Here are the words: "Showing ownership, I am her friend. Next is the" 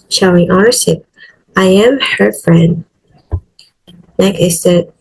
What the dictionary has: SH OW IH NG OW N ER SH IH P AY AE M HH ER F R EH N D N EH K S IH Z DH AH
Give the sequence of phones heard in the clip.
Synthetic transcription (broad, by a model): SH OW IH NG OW ER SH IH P AY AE M HH ER F R EH N D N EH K IH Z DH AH